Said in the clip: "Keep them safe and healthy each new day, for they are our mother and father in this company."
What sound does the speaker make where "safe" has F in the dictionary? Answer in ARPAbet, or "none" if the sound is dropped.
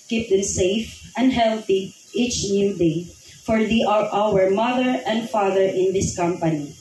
F